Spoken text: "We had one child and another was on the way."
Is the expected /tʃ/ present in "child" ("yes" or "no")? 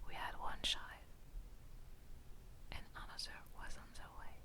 no